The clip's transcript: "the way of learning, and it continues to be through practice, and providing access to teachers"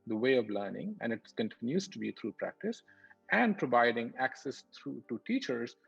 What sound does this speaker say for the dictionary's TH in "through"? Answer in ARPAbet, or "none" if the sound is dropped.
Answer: T